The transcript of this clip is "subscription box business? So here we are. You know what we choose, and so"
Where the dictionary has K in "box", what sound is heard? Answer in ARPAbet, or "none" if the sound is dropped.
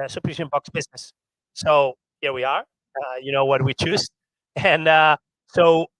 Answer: K